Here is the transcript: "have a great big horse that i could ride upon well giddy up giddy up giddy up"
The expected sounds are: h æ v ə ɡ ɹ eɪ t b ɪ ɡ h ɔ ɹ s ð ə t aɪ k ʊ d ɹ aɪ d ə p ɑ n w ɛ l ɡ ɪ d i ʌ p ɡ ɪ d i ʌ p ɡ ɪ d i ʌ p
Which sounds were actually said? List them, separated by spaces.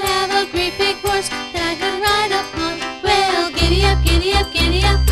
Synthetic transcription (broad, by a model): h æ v ə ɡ ɹ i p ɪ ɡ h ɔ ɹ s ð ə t aɪ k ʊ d ɹ aɪ d ə p ɑ n w ɛ l ɡ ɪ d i ʌ p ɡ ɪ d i ʌ p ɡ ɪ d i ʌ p